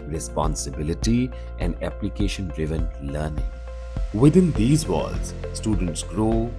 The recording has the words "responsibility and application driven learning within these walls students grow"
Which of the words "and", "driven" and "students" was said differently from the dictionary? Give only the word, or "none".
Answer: none